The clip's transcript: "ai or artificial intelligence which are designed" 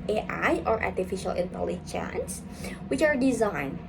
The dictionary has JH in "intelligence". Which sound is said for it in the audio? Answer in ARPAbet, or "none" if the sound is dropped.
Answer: CH